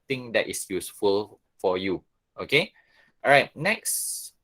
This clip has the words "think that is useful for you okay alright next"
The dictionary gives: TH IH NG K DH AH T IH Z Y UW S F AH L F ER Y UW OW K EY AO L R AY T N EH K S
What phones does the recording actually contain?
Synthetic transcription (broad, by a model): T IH NG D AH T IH S Y UW S F AH L F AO Y UW OW K EY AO R AY T N EH K S